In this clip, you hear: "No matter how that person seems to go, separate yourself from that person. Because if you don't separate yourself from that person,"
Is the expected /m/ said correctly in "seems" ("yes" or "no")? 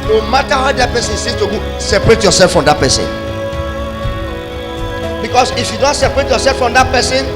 no